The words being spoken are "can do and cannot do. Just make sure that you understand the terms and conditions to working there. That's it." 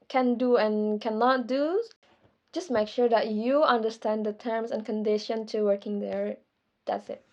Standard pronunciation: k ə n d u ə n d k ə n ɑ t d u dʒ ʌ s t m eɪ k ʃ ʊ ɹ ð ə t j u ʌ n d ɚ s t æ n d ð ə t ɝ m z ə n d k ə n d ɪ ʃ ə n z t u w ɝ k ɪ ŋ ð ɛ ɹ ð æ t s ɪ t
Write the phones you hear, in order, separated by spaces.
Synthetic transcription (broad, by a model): k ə n d u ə n k ə n ɑ t d u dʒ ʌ s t m eɪ k ʃ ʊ ɹ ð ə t j u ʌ n d ɚ s t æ n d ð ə t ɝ m s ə n k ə n d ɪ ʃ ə n t u w ɝ k ɪ ŋ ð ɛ ɹ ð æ t s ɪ t